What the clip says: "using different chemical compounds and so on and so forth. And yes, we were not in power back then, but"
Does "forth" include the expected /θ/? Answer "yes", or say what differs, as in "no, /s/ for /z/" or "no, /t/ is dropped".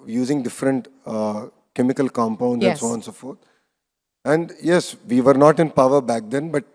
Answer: no, /t/ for /θ/